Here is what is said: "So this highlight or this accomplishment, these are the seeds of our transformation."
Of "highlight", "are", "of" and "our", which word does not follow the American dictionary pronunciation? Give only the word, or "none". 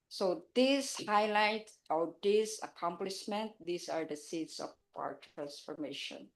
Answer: of